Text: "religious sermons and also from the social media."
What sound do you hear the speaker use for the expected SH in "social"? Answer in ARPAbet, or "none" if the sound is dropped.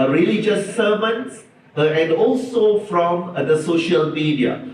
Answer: SH